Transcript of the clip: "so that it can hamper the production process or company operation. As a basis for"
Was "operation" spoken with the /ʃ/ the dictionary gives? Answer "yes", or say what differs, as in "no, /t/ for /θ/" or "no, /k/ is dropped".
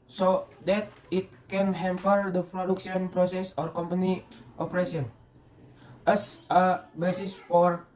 no, /s/ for /ʃ/